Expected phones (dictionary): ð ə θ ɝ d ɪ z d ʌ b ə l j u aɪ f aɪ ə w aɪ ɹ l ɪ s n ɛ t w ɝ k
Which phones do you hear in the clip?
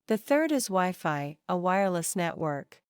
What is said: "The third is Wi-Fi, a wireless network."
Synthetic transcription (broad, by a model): ð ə θ ɝ d ɪ z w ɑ ə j f aɪ ə w aɪ ɹ l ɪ s n ɛ t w ɝ k